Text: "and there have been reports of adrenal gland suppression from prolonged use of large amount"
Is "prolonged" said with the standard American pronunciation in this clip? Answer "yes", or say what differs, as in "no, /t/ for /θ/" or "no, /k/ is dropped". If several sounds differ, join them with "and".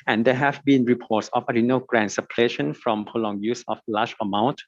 no, /ɹ/ is dropped